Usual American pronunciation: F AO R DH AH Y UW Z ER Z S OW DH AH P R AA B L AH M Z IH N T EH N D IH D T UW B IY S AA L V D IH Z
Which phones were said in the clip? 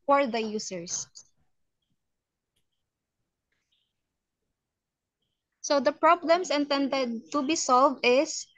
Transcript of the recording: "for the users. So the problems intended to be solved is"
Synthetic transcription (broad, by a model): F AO R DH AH Y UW S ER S S OW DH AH P R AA B L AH M S IH N T EH N D IH D T UW B IY S AA L V D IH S